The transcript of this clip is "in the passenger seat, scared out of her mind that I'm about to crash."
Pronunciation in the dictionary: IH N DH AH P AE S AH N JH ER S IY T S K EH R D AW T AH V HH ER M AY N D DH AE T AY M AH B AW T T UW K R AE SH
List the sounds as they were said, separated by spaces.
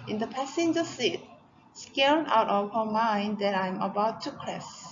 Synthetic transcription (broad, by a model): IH N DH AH P AE S AH N JH ER S IY T S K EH L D AW T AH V HH ER M AY N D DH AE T AY M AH B AW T T UW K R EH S